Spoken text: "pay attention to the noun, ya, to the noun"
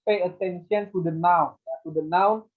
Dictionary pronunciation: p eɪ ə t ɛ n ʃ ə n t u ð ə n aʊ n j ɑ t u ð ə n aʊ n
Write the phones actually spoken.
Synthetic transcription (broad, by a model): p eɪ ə t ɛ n s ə n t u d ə n aʊ n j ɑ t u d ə n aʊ n